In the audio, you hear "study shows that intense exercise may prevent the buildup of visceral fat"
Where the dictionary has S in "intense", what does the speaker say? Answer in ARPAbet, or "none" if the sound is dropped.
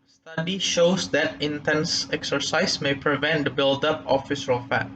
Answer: S